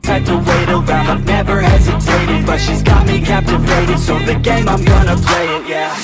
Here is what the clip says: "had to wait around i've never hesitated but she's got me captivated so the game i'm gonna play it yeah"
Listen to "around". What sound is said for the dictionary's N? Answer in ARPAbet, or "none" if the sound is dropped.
none